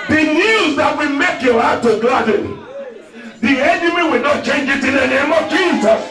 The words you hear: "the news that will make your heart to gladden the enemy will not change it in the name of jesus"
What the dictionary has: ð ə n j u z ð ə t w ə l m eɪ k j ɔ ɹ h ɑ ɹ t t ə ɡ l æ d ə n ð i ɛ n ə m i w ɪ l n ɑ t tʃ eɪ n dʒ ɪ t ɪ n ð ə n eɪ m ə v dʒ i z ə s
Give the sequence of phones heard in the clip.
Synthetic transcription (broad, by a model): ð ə n j u z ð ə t w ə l m eɪ k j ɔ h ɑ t t ə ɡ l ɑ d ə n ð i ɛ n ə m i w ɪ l n ɑ t tʃ eɪ n dʒ ɪ t ɪ n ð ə n eɪ m ə v dʒ i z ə s